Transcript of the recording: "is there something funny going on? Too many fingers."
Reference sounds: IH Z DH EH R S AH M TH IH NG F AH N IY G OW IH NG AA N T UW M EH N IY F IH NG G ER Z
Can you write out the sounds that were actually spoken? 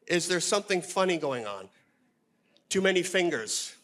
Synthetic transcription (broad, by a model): IH Z DH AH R S AH M TH IH NG F AH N IY G OW IH NG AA N T UW M EH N IY F IH NG G ER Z